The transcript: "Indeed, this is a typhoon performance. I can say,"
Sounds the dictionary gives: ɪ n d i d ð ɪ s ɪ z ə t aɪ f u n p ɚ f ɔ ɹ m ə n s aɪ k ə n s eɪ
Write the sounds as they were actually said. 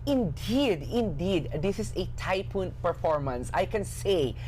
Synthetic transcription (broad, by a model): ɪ n d i d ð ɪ s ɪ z ə t aɪ p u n p ɚ f ɔ ɹ m ə n s aɪ k ə n s eɪ